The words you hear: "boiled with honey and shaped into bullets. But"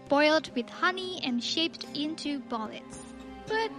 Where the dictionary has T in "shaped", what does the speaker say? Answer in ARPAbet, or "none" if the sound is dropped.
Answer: T